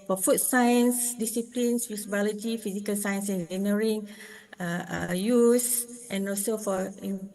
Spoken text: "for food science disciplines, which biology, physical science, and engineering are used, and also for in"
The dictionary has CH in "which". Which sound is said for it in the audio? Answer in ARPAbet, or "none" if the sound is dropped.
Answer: S